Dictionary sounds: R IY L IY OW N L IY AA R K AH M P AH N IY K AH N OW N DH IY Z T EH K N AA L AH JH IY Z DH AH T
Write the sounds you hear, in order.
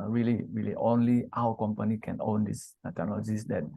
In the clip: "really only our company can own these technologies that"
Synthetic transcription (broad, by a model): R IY L IY OW N L IY AA W K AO M P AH N IY K AH N OW N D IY S T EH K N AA L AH JH IY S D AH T